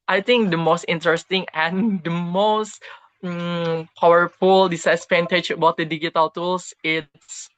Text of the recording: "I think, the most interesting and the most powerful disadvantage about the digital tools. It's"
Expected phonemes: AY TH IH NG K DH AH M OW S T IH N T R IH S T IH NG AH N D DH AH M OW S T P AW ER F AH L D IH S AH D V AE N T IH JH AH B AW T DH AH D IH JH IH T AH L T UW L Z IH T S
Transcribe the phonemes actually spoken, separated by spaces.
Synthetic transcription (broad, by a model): AY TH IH NG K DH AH M OW S T IH N T R IH S T IH NG AH N D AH M OW S T P AW ER F AH L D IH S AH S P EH N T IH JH AH B AW T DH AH D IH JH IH T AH L T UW L S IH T S